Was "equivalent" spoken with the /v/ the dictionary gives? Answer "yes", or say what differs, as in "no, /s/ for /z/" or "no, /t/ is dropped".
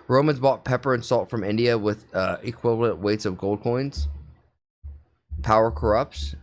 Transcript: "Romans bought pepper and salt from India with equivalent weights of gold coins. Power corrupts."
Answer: yes